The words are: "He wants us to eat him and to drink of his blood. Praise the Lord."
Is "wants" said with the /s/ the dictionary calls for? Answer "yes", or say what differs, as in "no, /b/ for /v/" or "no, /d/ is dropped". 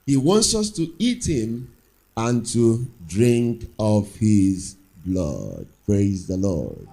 yes